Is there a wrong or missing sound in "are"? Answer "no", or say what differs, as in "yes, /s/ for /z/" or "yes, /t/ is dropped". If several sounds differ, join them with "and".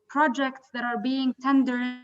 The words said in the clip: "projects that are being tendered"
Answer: no